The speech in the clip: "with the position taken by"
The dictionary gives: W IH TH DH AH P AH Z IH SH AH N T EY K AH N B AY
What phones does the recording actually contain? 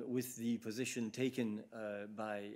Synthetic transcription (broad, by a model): W IH DH AH P AH Z IH SH AH N T EY K AH N B AY